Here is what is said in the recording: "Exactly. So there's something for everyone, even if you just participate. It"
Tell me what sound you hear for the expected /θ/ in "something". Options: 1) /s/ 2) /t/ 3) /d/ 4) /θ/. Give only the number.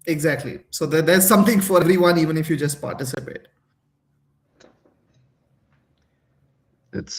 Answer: 2